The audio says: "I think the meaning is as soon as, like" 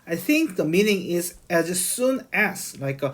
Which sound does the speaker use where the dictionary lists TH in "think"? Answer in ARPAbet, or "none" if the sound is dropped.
TH